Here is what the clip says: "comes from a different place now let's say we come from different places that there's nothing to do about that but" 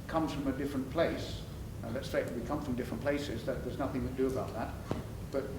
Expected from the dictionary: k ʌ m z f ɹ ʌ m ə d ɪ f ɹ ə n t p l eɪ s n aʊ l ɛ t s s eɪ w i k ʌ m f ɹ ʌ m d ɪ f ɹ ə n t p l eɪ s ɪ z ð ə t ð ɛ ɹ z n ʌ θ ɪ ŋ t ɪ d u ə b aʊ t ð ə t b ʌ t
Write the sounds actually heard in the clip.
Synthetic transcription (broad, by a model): k ʌ m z f ɹ ʌ m ə d ɪ f ɹ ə n p l eɪ s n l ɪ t s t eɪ w i k ʌ m f ɹ ʌ m d ɪ f ɹ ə n p l eɪ s ɪ z ð ə t ð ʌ ɹ z n ʌ θ ɪ ŋ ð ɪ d ə b aʊ t ð ə t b ʌ t